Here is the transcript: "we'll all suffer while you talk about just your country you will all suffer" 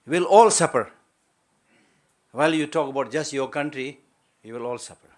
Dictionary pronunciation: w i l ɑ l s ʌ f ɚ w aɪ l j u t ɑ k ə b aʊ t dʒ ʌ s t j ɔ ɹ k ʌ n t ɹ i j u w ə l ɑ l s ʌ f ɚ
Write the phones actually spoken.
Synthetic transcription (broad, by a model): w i l ɑ l s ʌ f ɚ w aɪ l j u t ɑ k ə b aʊ t dʒ ʌ s t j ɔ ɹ k ʌ n t ɹ i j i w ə l ɑ l s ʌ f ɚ